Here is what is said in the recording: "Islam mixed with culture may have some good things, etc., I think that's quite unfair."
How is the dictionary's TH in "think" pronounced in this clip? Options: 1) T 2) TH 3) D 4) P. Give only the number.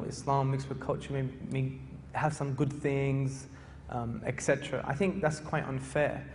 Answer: 2